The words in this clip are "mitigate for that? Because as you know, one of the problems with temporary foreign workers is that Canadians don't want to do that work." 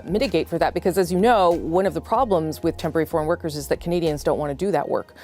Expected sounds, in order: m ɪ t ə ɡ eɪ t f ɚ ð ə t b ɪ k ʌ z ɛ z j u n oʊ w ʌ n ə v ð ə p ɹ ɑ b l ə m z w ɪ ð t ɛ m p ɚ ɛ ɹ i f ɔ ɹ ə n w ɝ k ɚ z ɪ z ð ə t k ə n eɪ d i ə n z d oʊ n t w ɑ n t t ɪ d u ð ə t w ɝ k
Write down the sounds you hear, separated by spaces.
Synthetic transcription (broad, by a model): m ɪ t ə ɡ eɪ t f ɚ ð ə t b ɪ k ʌ z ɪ z j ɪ n oʊ w ʌ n ə v ð ə p ɹ ɑ b l ə m z w ɪ ð t ɛ m p ɚ ɛ ɹ i f ɔ ɹ ə n w ɝ k ɚ z ɪ z ð ə t k ə n eɪ d i ə n z d oʊ n t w ɑ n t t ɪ d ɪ ð ə t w ɝ k